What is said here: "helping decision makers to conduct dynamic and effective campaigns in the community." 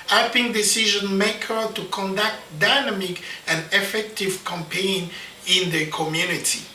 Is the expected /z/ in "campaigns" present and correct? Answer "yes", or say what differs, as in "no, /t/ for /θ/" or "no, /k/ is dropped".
no, /z/ is dropped